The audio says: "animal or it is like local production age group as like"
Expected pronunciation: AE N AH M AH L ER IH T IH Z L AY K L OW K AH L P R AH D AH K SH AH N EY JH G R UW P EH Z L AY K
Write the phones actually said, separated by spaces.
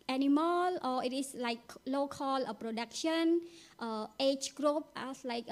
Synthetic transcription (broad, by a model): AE N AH M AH L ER IH T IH S L AY K L OW K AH L P R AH D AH K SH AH N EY CH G R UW P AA S L AY K